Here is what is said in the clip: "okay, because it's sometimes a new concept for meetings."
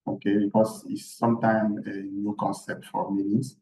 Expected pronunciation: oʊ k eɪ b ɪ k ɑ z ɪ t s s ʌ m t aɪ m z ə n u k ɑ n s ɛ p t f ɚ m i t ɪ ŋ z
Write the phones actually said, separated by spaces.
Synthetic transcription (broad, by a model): oʊ k eɪ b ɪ k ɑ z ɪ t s s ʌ m t aɪ m ə n u k ɑ n s ɛ p t f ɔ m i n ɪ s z